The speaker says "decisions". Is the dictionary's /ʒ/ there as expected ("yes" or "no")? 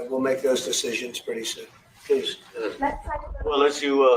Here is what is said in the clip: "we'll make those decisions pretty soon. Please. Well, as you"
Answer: yes